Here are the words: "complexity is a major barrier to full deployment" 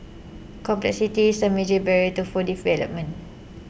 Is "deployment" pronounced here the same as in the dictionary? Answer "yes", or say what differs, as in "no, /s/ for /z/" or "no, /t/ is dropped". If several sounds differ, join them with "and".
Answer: no, /t/ is dropped